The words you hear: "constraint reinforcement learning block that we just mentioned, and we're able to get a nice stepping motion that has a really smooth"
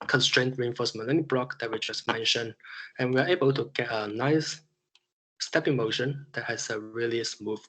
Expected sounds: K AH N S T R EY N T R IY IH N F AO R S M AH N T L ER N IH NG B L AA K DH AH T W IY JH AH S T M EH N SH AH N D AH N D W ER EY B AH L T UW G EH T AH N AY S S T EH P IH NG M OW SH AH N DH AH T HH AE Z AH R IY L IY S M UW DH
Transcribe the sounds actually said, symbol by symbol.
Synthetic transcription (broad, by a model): K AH N S T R EY N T R IY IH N F AO S M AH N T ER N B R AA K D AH T W IY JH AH S M EH N SH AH N AH N W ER EY B AH L T UW G EH T AH N AY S S T EH P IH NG M OW SH AH N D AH T HH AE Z AH R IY L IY S M UW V